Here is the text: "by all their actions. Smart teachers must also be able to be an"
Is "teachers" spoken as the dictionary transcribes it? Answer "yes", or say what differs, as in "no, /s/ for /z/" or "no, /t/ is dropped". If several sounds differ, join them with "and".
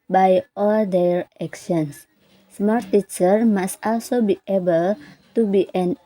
no, /z/ is dropped